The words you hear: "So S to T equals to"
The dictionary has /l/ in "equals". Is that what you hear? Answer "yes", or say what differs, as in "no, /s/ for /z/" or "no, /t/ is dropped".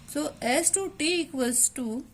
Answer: no, /l/ is dropped